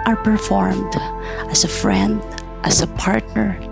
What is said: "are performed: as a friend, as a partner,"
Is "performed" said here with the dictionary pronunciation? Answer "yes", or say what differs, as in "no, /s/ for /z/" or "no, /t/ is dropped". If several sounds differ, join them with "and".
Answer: yes